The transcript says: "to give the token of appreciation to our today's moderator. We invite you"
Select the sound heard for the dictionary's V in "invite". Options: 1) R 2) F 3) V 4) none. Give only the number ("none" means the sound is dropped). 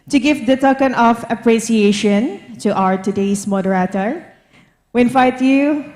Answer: 2